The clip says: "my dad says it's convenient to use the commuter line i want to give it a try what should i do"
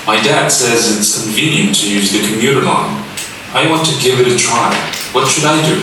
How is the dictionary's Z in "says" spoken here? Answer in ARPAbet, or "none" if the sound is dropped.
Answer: Z